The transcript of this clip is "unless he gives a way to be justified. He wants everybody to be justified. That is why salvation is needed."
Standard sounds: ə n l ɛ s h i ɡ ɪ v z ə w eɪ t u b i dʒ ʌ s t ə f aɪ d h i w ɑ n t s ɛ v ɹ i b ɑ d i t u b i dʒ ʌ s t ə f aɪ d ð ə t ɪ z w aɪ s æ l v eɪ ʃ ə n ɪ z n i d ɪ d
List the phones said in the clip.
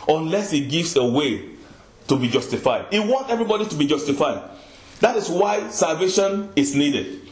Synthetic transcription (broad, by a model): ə n l ɛ s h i ɡ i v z ə w eɪ t u b i dʒ ʌ s t ə f aɪ d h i w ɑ n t ɛ v ɹ i b ɑ d i t u b i dʒ ʌ s t ə f aɪ d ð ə t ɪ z w aɪ s æ l v eɪ ʃ ə n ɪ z n i d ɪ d